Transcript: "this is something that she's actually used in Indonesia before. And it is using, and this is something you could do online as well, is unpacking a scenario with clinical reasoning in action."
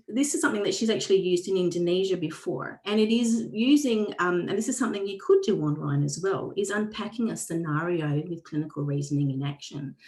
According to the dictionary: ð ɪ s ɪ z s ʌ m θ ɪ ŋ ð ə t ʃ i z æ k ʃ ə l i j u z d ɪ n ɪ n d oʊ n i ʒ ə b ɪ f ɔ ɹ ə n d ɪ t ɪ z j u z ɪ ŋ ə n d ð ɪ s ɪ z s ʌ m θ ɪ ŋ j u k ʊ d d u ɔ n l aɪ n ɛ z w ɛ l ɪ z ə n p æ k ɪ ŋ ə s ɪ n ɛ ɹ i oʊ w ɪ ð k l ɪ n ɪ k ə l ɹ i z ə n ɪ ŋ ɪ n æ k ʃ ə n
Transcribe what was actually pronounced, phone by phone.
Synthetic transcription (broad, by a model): ð ɪ s ɪ z s ʌ m θ ɪ ŋ ð ə t ʃ i z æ k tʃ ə l i j u z d ɪ n ɪ n d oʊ n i ʒ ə b ɪ f ɔ ɹ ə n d ɪ t ɪ z j u z ɪ ŋ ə n ð ɪ s ɪ z s ʌ m θ ɪ ŋ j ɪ k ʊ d d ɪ ɔ n l aɪ n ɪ z w ɛ l ɪ z ə n p æ k ɪ ŋ ə s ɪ n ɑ ɹ i oʊ w ɪ ð k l ɪ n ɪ k l ɹ i z ə n ɪ ŋ ɪ n æ k ʃ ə n